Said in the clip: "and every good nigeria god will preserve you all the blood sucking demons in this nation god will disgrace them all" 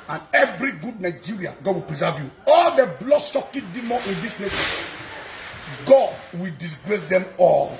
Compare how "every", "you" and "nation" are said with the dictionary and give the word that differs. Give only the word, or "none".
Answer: nation